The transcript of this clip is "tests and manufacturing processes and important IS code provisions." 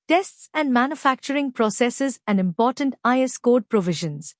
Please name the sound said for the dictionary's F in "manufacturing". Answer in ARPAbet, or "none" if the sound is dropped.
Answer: F